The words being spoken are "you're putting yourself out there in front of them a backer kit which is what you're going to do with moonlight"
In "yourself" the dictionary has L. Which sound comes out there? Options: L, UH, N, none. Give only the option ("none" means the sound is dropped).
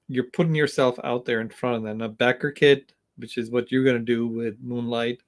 L